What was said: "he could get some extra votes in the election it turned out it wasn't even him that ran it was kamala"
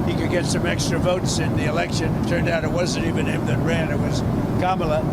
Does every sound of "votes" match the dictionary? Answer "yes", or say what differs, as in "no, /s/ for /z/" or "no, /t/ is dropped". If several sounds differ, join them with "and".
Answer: yes